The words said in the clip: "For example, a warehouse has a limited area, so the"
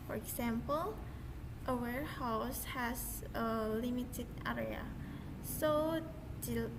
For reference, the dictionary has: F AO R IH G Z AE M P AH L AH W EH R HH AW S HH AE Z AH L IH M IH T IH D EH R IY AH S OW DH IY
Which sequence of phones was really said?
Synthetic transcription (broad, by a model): F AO R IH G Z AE M P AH L AH W EH R HH AW S HH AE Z AH L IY M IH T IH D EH R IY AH S OW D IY